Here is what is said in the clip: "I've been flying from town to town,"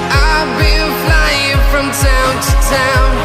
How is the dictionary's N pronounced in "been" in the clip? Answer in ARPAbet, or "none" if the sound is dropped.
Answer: L